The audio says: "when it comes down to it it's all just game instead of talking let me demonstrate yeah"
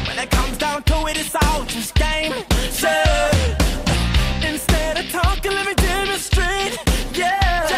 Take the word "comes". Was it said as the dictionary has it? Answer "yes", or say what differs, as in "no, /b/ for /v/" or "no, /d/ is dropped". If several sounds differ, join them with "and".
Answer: yes